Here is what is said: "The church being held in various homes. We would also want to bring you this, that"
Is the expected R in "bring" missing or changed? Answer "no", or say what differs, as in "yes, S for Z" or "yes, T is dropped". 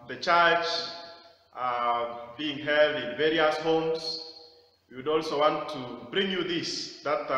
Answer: no